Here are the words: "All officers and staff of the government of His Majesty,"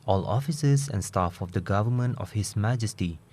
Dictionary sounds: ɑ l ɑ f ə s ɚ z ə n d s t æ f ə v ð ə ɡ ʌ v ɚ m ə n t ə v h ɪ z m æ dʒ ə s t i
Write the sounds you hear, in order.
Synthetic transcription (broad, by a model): ɑ l ɑ f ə s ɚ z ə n s t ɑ f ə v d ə ɡ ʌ v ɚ m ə n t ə f h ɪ s m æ dʒ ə s t i